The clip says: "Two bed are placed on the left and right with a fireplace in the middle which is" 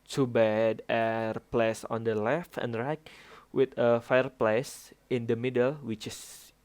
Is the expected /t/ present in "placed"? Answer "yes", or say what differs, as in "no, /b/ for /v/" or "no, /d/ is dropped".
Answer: no, /t/ is dropped